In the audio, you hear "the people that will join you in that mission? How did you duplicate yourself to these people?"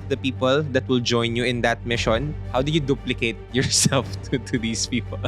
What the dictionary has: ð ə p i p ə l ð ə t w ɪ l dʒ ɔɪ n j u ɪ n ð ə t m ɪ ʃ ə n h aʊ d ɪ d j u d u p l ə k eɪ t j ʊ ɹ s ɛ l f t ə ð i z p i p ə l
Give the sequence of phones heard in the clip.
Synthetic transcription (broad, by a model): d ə p i p ə l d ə t w ɪ l dʒ ɔɪ n j u ɪ n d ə t m ɪ ʃ ə n h aʊ d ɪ j u d u p l ə k eɪ t j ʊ ɹ s ɛ l f t ə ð i s p i p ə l